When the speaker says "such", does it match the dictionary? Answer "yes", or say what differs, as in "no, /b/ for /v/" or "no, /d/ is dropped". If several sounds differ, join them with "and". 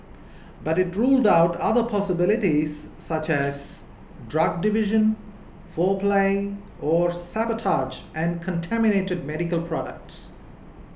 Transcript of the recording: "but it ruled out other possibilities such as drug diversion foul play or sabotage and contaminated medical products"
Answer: yes